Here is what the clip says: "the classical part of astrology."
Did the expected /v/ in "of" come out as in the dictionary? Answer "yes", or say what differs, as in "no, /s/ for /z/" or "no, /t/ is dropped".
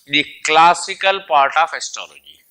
no, /f/ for /v/